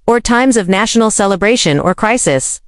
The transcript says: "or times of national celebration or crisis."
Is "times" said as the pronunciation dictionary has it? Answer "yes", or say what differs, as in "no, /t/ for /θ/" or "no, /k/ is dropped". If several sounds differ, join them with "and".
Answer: yes